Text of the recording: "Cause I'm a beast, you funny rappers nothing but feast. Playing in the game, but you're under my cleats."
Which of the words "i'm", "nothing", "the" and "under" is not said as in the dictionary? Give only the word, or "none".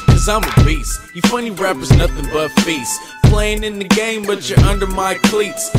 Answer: none